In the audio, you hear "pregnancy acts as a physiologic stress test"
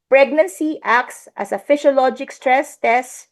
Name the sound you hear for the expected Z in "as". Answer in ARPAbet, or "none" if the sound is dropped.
S